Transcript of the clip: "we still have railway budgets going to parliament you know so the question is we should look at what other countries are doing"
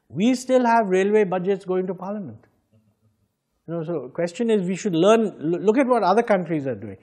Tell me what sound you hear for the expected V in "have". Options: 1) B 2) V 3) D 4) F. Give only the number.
2